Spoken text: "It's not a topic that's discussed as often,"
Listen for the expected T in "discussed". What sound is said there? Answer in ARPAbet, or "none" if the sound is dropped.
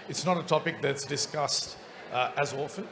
T